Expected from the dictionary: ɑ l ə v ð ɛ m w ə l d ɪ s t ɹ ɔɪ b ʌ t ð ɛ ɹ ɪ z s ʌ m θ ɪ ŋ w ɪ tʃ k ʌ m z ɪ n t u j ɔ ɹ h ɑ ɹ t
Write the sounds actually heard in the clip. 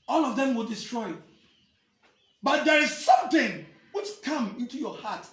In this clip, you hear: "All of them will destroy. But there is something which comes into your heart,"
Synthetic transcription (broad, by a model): ɑ l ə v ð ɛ m w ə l d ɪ s t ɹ ɔɪ b ʌ t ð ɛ ɹ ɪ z s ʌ m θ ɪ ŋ w ɪ tʃ k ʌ m ɪ n t u j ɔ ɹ h ɑ t